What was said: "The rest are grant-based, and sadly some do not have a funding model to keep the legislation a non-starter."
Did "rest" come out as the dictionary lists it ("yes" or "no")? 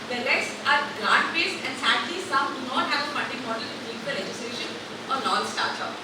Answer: no